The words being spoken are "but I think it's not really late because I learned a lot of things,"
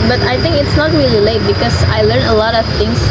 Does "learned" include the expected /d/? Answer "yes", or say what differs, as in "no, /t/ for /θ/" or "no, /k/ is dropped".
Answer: no, /d/ is dropped